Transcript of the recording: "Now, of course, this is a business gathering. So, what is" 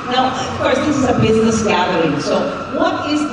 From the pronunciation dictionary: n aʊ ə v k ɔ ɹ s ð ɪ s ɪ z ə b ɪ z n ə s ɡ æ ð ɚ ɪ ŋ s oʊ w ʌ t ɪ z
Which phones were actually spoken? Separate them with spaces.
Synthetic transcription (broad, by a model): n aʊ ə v k ɔ ɹ s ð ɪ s ɪ z ə b ɪ z n ə s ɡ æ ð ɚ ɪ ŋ s oʊ w ʌ t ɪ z